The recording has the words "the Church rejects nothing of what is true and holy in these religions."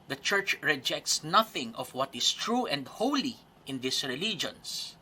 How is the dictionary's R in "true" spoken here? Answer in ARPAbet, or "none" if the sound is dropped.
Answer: R